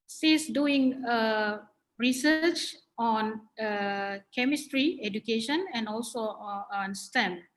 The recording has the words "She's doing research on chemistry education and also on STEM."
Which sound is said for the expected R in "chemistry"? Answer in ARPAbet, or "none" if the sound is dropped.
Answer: R